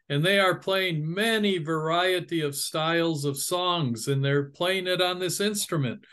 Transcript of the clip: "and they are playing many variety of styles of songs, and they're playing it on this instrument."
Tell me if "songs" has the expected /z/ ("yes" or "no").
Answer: yes